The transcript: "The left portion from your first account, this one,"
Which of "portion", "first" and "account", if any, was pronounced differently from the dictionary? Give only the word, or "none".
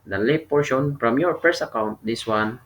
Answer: first